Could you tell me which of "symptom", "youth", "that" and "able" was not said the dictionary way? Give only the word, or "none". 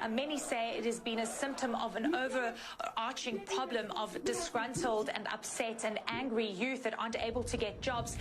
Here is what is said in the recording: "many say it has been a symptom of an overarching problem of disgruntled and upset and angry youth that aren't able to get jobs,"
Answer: none